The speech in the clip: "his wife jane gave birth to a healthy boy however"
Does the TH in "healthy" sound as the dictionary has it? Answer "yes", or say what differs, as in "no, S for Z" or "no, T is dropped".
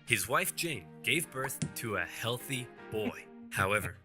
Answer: yes